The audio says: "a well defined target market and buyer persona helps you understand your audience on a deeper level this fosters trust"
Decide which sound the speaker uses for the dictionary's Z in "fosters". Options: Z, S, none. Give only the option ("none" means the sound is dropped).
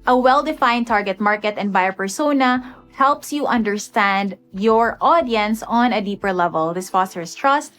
S